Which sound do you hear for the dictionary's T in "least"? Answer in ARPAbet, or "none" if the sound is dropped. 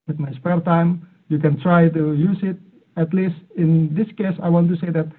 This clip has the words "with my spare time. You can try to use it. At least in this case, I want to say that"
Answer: T